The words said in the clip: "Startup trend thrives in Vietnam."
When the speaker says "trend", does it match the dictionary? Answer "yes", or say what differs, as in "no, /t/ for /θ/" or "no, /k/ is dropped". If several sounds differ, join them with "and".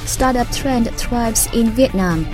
yes